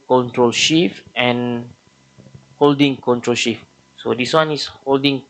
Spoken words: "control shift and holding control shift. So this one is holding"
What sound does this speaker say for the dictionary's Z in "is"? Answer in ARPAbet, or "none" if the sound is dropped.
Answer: S